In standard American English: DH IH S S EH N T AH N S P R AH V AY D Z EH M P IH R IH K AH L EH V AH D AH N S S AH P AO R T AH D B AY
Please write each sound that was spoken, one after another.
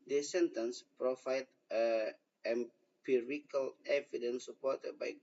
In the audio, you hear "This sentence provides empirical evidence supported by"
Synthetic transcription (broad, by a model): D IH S S EH N T AH N S P R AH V AY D EH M P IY R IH K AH L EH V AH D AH N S S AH P AO T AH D B AY